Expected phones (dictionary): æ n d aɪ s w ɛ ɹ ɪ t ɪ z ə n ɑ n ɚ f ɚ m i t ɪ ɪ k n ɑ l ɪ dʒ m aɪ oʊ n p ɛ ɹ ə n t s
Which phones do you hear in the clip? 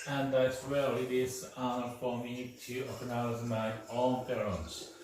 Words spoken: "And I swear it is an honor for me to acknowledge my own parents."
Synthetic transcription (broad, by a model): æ n d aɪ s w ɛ l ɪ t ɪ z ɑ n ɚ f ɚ m i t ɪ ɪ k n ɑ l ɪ z m aɪ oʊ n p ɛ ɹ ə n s